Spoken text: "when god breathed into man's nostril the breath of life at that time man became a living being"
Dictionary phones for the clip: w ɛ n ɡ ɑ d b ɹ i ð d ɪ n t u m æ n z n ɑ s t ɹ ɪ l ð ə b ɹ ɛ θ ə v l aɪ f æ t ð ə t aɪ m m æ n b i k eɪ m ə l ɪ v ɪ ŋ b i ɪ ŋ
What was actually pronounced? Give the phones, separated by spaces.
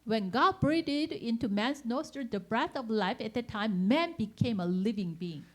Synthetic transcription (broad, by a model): w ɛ n ɡ ɑ d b ɹ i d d ɪ n t u m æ n s n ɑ s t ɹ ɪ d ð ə b ɹ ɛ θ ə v l aɪ f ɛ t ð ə t aɪ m m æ n b i k eɪ m ə l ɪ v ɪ ŋ b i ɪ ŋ